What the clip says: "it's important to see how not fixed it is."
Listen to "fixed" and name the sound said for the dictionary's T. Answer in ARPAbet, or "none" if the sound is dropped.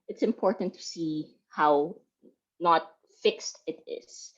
T